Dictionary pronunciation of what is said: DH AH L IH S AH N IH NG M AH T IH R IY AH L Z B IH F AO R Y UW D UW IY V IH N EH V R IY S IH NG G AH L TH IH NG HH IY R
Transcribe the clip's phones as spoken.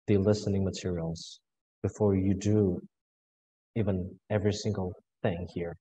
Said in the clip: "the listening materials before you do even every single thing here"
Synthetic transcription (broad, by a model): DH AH L IH S AH N IH NG M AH T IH R IY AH L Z B IH F AO R Y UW D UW IY V IH N EH V R IY S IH NG G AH L TH IH NG HH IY R